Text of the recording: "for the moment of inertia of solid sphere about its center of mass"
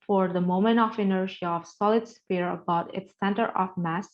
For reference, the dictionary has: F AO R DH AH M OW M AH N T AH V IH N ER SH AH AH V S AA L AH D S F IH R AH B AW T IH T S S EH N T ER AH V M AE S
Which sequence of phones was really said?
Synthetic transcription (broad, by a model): F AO R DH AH M OW M AH N T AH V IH N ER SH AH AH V S AA L AH D S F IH R AH B AW T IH T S S EH N T ER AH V M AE S